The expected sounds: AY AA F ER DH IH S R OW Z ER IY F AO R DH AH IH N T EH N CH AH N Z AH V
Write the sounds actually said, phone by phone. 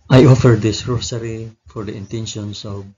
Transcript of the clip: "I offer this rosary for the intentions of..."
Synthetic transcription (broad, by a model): AY AA F ER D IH S R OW S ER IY F AO R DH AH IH N T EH N SH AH N S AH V